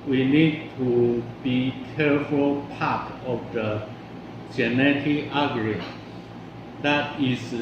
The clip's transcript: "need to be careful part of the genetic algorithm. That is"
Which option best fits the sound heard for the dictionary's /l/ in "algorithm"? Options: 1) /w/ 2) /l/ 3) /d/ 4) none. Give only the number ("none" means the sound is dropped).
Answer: 4